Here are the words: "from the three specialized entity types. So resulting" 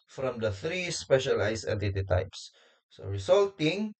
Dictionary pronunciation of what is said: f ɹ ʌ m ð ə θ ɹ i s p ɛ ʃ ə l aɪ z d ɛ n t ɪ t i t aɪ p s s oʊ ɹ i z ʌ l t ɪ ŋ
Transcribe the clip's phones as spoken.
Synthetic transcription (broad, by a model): f ɹ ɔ m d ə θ ɹ i s p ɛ ʃ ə l aɪ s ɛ t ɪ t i t aɪ p s s oʊ ɹ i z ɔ l t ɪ ŋ